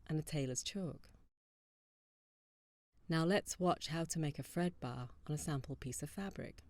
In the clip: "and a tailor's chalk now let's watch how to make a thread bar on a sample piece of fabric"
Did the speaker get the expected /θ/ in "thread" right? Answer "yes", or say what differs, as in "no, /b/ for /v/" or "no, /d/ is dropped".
no, /f/ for /θ/